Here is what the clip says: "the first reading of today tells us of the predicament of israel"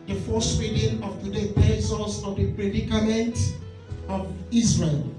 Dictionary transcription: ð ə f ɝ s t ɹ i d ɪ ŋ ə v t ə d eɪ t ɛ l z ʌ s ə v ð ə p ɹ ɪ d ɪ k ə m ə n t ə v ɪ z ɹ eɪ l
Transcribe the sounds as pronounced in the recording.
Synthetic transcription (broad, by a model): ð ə f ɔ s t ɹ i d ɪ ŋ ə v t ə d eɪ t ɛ z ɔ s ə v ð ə p ɹ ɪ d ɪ k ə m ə n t ə v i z ɹ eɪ l